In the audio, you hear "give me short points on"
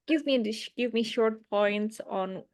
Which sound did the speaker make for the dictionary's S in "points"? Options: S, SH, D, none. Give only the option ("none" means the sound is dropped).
S